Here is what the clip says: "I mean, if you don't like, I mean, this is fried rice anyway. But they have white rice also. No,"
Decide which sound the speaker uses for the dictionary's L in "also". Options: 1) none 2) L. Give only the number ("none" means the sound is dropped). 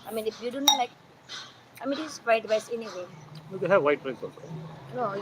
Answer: 1